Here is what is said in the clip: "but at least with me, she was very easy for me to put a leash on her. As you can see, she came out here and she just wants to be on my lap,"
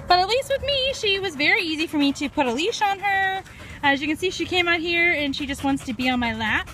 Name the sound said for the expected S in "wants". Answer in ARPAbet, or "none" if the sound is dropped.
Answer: S